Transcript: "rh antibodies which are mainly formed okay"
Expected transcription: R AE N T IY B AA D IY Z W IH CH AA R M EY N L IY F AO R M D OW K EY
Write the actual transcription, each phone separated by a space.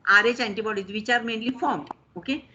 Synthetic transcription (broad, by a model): R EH N T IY B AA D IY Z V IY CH AA R M EY N L IY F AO R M OW K EY